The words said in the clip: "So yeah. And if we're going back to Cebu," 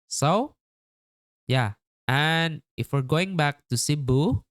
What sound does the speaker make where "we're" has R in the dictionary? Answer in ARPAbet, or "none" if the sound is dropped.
R